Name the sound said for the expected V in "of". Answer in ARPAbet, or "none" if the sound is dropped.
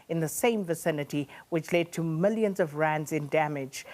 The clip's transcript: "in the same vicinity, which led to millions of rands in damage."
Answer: V